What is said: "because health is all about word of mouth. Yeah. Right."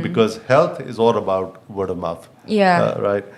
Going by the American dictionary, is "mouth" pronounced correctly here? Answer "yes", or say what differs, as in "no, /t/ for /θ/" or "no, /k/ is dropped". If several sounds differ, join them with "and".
no, /f/ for /θ/